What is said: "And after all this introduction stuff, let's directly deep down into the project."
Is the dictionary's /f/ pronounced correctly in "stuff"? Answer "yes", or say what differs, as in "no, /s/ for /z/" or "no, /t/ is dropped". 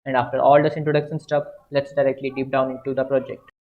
no, /p/ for /f/